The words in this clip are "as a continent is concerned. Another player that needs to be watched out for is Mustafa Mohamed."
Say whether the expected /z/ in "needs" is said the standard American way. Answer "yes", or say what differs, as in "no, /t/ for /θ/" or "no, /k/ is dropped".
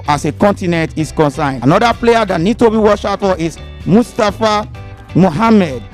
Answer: no, /z/ is dropped